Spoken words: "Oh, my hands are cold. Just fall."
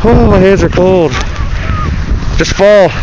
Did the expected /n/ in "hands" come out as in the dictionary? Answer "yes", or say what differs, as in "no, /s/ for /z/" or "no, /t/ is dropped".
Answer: no, /n/ is dropped